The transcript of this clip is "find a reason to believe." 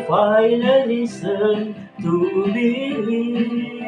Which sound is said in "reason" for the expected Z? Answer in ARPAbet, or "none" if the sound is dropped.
S